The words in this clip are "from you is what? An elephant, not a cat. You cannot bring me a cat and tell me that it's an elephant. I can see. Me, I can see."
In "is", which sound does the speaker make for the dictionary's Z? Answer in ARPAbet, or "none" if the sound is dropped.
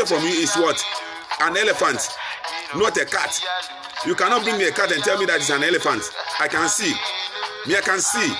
S